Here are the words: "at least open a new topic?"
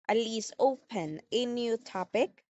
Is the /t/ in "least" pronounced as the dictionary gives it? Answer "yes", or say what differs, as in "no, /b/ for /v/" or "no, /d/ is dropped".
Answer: no, /t/ is dropped